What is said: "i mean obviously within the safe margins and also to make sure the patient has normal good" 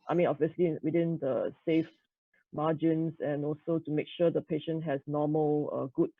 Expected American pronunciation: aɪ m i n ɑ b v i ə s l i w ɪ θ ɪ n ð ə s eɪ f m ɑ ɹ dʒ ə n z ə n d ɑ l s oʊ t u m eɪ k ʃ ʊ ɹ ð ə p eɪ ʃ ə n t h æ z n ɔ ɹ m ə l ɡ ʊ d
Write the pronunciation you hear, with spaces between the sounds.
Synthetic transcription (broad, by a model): aɪ m i n ɑ b v i ə s l i w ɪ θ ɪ n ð ə s eɪ f m ɑ dʒ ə n s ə n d ɑ l s oʊ t u m eɪ k ʃ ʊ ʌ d ə p eɪ ʃ ə n t h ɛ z n ɔ m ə l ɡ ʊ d